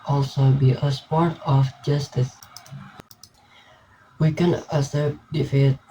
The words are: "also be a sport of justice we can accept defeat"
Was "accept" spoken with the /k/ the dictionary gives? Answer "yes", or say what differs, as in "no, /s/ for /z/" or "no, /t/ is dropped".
no, /k/ is dropped